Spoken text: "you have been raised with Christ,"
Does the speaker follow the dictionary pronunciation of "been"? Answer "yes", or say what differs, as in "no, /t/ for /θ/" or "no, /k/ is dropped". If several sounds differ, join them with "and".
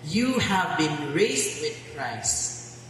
yes